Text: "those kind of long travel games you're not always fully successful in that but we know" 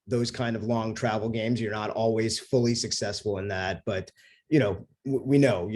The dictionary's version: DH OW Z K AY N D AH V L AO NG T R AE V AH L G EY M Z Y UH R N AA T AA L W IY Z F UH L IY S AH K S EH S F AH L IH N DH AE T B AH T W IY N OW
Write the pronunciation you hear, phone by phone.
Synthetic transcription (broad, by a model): DH OW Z K AY N D AH V L AO NG T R AE V L G EY M Z Y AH R N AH T AA L W IY Z F UH L IY S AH K S EH S F L IH N DH AE T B AH T W IY N OW